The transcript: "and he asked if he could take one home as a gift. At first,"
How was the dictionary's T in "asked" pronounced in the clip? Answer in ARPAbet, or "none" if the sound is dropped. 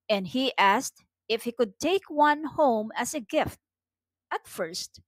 T